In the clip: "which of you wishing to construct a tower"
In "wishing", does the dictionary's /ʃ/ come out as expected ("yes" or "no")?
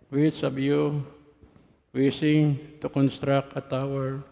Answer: no